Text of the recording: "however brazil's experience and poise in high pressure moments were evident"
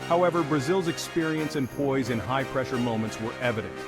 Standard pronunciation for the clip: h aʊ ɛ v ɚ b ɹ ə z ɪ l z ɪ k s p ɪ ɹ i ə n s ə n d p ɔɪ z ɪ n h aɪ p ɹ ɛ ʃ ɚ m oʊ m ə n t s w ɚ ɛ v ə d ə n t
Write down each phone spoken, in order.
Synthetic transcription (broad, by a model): h aʊ ɛ v ɚ b ɹ ə z ɪ l z ɪ k s p ɪ ɹ i ə n s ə n p ɔɪ z ɪ n h aɪ p ɹ ɛ ʃ ɚ m oʊ m ə n t s w ɚ ɛ v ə d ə n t